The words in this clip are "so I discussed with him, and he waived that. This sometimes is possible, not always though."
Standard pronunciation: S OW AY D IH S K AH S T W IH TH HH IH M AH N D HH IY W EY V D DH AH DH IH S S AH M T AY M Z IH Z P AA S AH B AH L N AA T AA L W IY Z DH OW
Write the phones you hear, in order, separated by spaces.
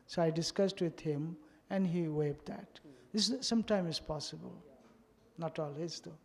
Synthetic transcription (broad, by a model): S OW AY D IH S K AH S T W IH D HH IH M AH N D HH IY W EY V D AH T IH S S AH M T AY M IH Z P AA S AH B AH L N AA T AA L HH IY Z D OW